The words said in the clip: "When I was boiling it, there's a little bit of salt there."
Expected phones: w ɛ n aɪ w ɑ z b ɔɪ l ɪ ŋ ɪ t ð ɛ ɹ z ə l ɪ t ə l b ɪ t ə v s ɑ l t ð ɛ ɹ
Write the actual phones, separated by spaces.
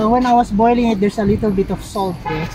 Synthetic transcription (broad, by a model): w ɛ n aɪ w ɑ s b ɔɪ l ɪ ŋ ɪ t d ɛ ɹ s ə l ɪ t ə l b ɪ t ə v s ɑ l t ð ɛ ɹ